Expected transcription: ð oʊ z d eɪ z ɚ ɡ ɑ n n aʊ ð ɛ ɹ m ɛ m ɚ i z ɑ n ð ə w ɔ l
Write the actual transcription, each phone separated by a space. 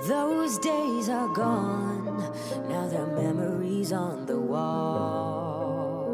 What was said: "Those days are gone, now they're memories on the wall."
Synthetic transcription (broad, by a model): ð oʊ z d eɪ z ɚ ɡ ɑ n n aʊ ð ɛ ɹ m ɛ m ɚ i z n ð ə w ɔ l